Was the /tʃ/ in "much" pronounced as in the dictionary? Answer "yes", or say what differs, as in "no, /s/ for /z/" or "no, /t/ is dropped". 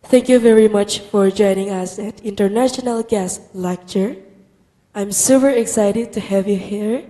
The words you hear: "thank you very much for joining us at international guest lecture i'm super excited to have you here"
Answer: yes